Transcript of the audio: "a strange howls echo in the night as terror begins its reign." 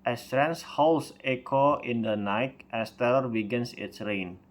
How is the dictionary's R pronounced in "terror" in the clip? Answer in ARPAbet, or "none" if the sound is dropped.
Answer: L